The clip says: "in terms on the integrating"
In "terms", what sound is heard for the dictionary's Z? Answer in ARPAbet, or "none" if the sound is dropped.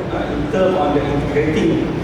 none